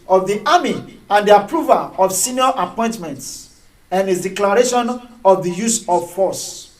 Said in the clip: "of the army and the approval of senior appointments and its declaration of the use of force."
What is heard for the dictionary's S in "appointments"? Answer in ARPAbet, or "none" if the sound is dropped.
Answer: S